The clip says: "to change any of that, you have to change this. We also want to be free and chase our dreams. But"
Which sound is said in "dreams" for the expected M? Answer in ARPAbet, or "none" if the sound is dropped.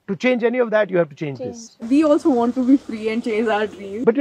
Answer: none